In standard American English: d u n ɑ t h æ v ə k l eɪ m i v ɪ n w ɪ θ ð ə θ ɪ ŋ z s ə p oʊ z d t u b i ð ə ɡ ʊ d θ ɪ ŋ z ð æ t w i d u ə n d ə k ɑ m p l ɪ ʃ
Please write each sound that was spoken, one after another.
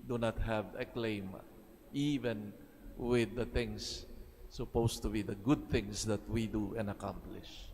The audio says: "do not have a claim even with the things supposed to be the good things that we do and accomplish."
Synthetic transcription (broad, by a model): d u n ɑ t h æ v ə k l eɪ m i v ɪ n w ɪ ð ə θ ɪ ŋ s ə p oʊ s t u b i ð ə ɡ ʊ d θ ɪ ŋ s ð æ t w i d u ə n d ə k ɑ m p l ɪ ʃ